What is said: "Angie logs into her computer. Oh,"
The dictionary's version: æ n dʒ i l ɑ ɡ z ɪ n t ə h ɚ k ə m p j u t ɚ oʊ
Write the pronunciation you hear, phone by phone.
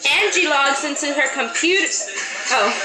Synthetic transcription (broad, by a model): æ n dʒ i l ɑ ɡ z ɪ n t ə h ɚ k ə m p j u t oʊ